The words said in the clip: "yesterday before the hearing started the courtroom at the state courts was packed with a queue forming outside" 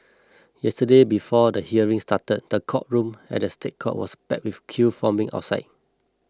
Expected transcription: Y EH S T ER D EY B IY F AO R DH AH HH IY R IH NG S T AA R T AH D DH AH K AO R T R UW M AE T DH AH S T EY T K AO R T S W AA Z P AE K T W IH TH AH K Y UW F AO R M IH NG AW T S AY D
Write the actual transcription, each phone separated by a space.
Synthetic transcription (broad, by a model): Y EH S T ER D EY B IY F AO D AH HH IY R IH NG S T AA T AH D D AH K AO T R UW M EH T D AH S T EY T K AO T W AA S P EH T W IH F K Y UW F AO M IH NG AW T S AY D